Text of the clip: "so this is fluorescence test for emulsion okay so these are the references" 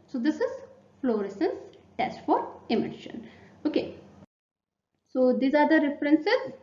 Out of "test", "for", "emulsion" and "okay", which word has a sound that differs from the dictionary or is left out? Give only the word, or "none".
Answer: emulsion